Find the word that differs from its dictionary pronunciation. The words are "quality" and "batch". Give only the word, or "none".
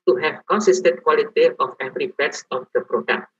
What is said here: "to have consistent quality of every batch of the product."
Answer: batch